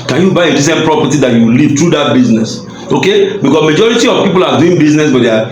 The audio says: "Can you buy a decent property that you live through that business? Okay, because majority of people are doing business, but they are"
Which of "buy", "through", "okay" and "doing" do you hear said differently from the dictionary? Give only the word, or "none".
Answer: through